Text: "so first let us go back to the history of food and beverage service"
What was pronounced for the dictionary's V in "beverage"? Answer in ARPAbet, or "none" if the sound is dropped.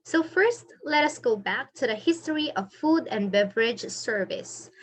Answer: V